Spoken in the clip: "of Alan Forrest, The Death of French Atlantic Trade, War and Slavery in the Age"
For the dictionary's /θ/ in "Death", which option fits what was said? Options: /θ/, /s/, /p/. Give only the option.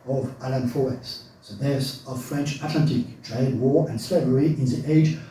/s/